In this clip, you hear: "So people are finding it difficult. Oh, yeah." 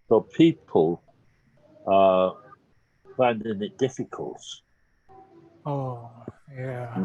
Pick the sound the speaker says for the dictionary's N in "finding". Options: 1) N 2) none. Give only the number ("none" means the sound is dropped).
1